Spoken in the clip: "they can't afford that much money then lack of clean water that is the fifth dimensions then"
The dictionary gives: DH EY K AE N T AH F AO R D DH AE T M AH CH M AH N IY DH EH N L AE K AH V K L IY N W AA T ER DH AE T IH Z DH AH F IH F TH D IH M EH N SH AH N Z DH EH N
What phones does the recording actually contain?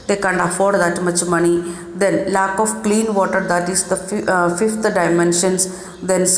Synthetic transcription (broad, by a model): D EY K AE N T AH F AO R D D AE T M AH CH M AH N IY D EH N L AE K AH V K L IY N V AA T ER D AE T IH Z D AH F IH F T D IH M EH N SH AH N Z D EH N